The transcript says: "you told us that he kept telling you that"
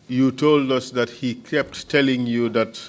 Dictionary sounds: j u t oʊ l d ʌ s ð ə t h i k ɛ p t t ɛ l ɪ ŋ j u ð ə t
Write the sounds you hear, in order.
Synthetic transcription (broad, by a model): j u t oʊ l d ʌ s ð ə t h i k ɛ p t t ɛ l ɪ ŋ j u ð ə t